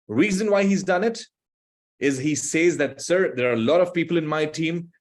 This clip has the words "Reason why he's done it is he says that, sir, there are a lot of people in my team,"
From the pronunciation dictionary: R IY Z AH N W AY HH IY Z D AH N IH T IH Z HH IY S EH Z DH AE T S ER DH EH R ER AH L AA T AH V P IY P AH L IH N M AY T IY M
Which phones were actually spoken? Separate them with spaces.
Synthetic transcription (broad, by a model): R IY Z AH N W AY HH IY Z D AH N IH T IH Z HH IY S EH Z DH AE T S ER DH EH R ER AH L AA T AH V P IY P AH L IH N M AY T IY M